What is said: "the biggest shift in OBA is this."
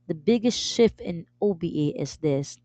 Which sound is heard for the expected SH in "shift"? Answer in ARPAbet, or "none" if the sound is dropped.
SH